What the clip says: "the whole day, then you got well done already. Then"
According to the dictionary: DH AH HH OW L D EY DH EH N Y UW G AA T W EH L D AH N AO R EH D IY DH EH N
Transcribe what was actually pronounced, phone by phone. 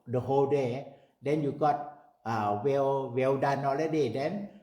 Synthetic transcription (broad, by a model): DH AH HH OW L D EY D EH N Y UW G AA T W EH W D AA N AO L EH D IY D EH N